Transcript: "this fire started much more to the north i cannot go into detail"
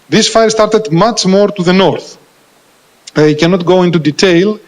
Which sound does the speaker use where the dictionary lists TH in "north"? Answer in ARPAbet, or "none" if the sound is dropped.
TH